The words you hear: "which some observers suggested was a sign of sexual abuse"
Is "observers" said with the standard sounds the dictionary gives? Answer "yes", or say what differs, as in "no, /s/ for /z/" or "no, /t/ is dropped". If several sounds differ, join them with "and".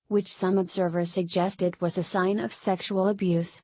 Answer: yes